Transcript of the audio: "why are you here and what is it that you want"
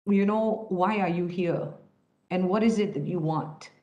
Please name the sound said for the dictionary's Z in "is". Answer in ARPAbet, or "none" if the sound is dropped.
Z